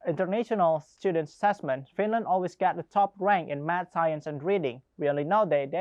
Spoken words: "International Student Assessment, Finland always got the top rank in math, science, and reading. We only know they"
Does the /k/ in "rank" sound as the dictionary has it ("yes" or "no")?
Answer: yes